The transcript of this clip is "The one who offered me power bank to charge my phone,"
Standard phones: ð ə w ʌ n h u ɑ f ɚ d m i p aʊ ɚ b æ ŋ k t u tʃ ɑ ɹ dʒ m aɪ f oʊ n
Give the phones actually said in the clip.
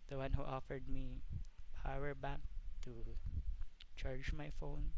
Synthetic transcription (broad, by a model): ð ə w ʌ n h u ɑ f ɚ d m i p aʊ ɚ b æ k t u tʃ ɑ ɹ dʒ m aɪ f oʊ n